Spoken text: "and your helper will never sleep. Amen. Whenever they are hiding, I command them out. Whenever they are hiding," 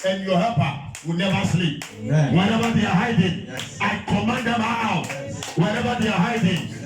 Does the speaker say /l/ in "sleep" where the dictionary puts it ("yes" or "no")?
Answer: yes